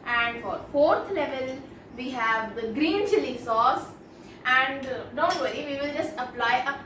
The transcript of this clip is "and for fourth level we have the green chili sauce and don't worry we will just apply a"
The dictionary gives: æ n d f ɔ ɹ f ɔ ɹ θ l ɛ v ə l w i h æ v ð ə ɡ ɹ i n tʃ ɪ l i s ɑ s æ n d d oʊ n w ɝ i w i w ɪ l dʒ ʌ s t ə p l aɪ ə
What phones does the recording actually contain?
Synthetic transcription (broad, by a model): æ n d f ɔ ɹ f ɔ ɹ t l ɛ v ə l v i h æ v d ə ɡ ɹ i n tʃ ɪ l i s ɑ s æ n d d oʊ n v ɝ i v i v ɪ l dʒ ʌ s t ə p l aɪ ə